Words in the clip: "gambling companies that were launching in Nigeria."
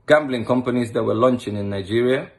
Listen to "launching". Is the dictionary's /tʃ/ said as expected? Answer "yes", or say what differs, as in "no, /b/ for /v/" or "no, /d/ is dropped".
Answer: yes